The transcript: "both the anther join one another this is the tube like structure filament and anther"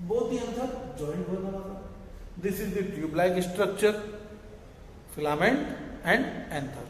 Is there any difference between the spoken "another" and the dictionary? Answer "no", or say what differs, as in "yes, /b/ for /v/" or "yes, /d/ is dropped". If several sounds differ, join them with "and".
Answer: yes, /ð/ is dropped